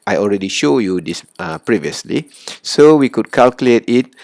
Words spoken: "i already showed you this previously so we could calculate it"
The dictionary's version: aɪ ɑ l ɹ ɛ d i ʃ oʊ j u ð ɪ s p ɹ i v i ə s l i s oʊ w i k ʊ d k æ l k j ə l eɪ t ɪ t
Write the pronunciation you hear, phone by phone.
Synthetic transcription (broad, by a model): aɪ ɑ l ɹ ɛ d i ʃ oʊ j u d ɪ s p ɹ i v i ə s l i s oʊ w i k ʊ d k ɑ l k j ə l eɪ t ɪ t